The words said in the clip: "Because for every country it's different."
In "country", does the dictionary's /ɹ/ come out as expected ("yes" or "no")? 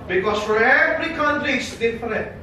no